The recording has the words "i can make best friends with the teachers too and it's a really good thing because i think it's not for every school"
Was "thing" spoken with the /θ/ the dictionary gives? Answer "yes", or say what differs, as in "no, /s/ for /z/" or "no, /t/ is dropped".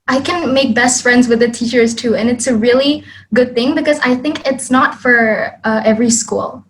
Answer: yes